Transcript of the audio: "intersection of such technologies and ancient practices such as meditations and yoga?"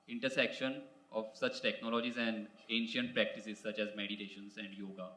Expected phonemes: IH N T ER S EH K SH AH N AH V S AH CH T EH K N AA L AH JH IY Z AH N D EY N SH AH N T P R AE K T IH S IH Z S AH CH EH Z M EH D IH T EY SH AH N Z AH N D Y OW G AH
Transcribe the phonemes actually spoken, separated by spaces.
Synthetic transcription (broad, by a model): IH N T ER S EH K SH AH N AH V S AH CH T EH K N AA L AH JH IY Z AH N D EY N SH AH N T P R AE K T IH S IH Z S AH CH EH Z M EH D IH T EY SH AH N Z AH N D Y OW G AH